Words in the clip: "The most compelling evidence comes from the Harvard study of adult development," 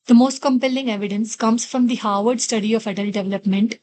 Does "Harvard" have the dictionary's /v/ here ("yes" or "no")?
yes